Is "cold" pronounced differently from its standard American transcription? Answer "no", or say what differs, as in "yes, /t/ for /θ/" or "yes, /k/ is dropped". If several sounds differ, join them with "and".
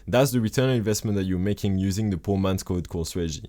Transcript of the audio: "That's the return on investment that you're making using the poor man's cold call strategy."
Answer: yes, /l/ is dropped